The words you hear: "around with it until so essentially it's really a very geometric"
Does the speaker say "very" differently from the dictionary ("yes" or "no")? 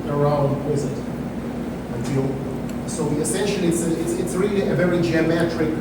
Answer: no